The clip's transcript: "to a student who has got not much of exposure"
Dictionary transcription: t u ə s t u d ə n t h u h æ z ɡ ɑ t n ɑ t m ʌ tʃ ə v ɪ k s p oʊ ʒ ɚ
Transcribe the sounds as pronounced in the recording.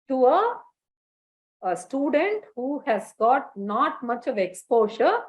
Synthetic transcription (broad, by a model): t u ə s t u d ə n t h u h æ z ɡ ɑ t n ɑ t m ʌ tʃ ə v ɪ k s p oʊ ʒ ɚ